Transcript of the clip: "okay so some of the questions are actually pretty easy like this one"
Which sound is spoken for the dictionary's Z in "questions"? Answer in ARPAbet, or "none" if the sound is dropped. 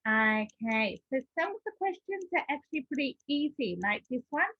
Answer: Z